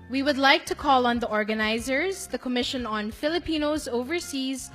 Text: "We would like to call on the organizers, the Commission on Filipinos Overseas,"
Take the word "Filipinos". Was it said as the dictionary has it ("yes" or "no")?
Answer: yes